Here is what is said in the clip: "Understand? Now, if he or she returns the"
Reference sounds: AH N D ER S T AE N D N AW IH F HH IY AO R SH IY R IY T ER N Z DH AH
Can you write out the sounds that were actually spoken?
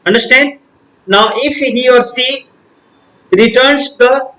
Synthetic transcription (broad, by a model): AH N D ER S T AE N D N AW IH F HH IY AO R S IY R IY T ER N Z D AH